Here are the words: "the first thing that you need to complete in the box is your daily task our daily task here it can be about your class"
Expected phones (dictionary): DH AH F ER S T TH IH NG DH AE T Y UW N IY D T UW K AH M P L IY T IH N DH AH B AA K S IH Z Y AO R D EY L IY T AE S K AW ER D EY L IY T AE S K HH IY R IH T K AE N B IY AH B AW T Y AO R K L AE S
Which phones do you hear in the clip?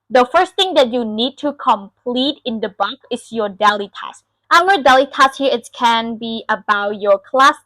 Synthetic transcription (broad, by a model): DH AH F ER S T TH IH NG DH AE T Y UW N IY D T UW K AH M P L IY T IH N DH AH B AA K IH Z Y AO R D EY L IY T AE S AW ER D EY L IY T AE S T HH IY R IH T K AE N B IY AH B AW T Y AO R K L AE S